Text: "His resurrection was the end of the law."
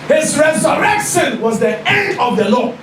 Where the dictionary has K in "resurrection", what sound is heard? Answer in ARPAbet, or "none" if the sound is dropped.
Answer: K